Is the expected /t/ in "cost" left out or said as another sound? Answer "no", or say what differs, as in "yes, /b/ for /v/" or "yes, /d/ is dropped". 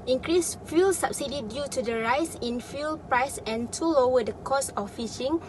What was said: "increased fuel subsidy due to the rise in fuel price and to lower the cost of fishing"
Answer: yes, /t/ is dropped